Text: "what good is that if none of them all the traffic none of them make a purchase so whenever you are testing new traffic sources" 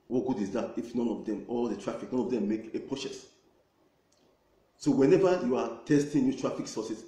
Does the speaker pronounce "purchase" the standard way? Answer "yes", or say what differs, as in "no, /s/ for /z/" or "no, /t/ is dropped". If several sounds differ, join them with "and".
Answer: no, /s/ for /tʃ/